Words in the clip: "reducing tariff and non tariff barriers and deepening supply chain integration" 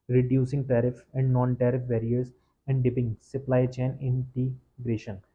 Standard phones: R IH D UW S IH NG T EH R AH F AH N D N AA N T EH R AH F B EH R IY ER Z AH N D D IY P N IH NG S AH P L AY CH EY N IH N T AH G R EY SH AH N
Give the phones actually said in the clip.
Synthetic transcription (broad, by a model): R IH D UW S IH NG T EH R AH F AH N D N AA N T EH R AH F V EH R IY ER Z AH N D D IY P IH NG S AH P L AY CH EY N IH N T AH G R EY SH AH N